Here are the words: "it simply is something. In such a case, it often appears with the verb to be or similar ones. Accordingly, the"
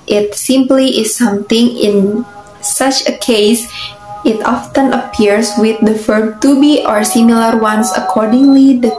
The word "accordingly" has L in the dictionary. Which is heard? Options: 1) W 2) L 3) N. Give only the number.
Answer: 2